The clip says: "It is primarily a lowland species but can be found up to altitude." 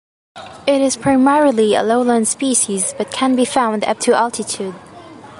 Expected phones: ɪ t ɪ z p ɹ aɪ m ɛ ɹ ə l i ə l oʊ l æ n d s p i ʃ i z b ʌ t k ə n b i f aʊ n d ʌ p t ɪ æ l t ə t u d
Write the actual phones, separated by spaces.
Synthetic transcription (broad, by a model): ɪ t ɪ z p ɹ aɪ m ɛ ɹ ə l i ə l oʊ l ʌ n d s p i ʃ i z b ʌ t k ə n b i f aʊ n d ʌ p t ɪ æ l t ə t u d